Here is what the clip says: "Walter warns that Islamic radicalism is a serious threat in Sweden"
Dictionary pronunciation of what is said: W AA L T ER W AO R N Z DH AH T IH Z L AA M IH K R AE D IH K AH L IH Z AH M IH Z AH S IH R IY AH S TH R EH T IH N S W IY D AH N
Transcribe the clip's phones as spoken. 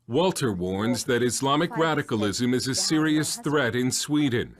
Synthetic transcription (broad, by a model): W AA L T ER W AO R N Z DH AH T IH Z L AA M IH K R AE D IH K AH L IH Z AH M IH Z AH S IH R IY AH S TH R EH T IH N S W IY D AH N